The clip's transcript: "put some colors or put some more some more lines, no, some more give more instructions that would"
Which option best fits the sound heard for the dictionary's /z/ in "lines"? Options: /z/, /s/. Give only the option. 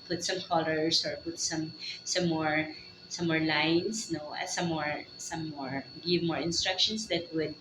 /s/